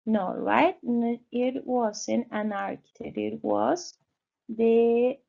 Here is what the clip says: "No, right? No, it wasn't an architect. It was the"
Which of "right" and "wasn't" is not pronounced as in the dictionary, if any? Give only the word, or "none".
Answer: wasn't